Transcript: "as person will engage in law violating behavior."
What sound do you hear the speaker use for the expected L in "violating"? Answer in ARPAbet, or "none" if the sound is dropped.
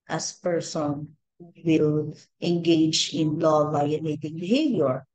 N